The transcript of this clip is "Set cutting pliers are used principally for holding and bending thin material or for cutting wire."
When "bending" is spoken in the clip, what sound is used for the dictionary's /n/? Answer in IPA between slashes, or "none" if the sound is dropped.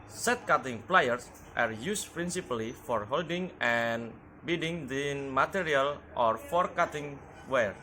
none